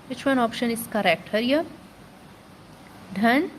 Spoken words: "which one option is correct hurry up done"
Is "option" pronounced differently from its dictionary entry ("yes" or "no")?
no